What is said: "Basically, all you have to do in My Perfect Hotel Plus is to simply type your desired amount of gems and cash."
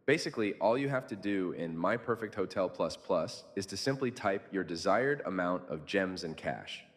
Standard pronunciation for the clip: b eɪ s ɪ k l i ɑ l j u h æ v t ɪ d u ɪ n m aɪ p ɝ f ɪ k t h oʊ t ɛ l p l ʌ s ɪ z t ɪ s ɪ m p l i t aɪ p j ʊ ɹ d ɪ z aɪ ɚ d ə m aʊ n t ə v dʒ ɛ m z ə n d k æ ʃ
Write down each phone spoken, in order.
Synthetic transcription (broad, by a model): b eɪ s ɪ k l i ɑ l j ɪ h æ f t ɪ d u ɪ n m aɪ p ɝ f ɪ k t h oʊ t ɛ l p l ʌ s ɪ z t ɪ s ɪ m p l i t aɪ p j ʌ ɹ d ɪ z aɪ ɚ d ə m aʊ n t ə v dʒ ɛ m z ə n k æ ʃ